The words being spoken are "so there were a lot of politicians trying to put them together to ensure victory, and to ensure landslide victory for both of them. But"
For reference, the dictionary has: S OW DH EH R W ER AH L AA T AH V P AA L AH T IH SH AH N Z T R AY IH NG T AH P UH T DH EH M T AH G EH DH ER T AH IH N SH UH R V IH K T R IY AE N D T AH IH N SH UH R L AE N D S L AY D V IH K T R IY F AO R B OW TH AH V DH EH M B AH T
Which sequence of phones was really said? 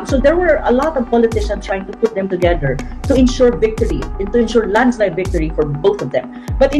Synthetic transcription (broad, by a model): S OW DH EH R W ER AH L AA T AH V P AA L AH T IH SH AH N S T R AY IH NG T AH P UH T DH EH M T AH G EH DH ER T AH IH N SH UH R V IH K T R IY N T AH IH N SH UH R L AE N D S L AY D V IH K T R IY F AO R B OW TH AH V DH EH M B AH T